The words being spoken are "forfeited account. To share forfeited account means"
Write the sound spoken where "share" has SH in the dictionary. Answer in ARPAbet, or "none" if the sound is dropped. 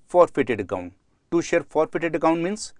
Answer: SH